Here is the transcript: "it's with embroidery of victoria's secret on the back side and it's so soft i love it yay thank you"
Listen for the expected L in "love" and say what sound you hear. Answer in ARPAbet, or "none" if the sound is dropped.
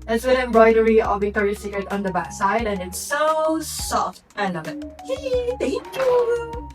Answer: N